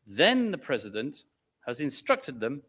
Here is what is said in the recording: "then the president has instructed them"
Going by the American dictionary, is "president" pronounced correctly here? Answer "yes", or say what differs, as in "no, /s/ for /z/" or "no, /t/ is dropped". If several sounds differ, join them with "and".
yes